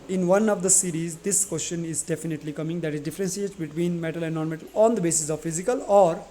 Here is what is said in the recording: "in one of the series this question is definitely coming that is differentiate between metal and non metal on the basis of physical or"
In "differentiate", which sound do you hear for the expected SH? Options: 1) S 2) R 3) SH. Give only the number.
1